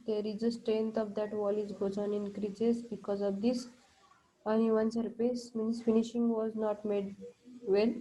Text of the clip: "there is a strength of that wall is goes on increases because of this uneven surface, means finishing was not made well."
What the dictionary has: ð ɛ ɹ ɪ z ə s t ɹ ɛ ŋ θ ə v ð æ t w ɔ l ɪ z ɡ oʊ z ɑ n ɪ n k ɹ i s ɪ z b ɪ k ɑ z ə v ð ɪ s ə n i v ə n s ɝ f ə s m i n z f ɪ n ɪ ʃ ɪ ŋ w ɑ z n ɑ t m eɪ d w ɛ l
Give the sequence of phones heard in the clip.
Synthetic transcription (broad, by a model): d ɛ ɹ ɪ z ə s t ɹ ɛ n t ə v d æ t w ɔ l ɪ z ɡ oʊ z ɑ n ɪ n k ɹ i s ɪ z b ɪ k ɑ z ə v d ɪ s ə n i v ə n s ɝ p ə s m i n s f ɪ n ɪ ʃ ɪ ŋ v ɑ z n ɑ t m eɪ d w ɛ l